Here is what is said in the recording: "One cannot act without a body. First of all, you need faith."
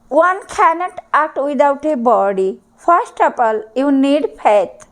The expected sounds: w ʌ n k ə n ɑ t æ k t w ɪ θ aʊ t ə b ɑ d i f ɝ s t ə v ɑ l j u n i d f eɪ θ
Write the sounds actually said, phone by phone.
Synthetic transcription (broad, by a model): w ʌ n k ə n ɑ t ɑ k t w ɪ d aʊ t ə b ɑ d i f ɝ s t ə p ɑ l j u n i d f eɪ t